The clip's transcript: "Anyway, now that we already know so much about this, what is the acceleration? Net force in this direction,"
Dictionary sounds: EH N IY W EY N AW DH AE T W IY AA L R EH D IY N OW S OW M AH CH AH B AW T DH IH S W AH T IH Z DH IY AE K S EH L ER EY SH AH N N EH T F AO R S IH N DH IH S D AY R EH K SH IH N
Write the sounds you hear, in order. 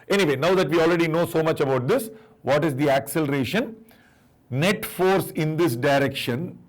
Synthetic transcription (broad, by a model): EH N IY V EY N AW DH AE T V IY AA L R EH D IY N OW S OW M AH CH AH B AW T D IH S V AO T IH Z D IY AE K S EH L ER EY SH AH N N EH T F AO R S IH N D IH S D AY R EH K SH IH N